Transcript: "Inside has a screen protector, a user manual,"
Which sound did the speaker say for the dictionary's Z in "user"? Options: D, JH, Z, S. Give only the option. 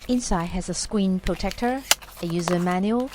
Z